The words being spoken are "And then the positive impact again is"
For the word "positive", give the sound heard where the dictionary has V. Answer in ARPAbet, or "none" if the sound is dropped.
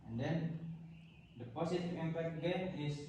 none